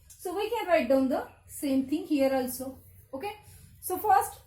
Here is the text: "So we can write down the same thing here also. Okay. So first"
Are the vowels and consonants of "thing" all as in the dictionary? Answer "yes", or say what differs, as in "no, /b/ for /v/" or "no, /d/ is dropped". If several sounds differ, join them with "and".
no, /t/ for /θ/